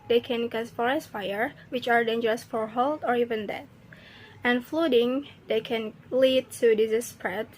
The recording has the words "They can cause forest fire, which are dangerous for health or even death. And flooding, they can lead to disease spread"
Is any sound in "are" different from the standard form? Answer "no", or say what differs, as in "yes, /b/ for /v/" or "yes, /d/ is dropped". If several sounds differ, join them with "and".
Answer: no